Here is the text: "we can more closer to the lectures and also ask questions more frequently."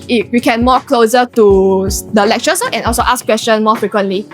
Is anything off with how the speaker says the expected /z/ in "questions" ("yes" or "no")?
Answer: yes